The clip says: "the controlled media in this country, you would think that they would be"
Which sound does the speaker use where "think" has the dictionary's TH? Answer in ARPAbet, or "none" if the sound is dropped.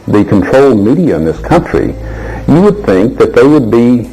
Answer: TH